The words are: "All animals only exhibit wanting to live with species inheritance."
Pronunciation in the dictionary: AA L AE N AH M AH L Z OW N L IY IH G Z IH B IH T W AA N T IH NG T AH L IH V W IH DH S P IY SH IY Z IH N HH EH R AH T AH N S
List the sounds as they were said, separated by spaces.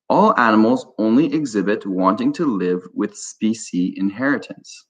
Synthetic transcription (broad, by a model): AA L AE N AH M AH L Z OW N L IY IH G Z IH B IH T W AA N T IH NG T AH L IH V W IH DH S P IY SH IY IH N HH EH R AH T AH N S